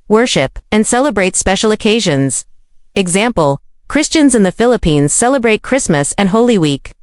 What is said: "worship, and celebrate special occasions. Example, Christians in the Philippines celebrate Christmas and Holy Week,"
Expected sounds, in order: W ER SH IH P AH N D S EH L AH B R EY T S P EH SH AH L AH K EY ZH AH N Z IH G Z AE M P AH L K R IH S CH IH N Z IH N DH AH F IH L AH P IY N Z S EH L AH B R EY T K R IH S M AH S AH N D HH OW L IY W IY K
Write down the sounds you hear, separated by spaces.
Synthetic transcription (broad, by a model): W ER SH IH P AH N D S EH L AH B R EY T S P EH SH L AH K EY ZH AH N Z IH G Z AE M P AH L K R IH S CH IH N Z IH N DH AH F IH L AH P IY N Z S EH L AH B R EY T K R IH S M AH S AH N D HH OW L IY W IY K